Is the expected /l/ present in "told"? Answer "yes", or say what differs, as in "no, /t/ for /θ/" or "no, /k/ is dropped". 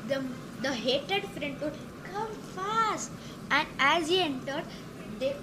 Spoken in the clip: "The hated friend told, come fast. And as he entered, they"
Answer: no, /l/ is dropped